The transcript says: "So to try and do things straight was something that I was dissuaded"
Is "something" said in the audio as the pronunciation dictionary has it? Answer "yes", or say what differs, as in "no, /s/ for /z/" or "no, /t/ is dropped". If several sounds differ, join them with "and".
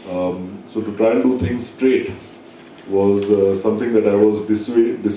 no, /t/ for /θ/